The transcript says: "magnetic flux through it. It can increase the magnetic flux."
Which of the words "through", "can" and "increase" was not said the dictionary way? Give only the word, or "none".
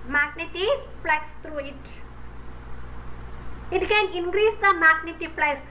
through